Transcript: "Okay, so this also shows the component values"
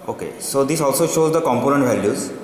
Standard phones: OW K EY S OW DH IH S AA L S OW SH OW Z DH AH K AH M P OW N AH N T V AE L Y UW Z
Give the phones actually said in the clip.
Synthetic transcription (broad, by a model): OW K EY S OW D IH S AA L S OW SH OW Z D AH K AH M P OW N AH N T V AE L Y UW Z